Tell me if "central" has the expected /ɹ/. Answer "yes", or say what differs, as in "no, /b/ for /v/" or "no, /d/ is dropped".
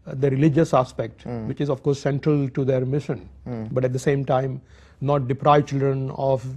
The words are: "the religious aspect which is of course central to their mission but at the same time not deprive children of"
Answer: yes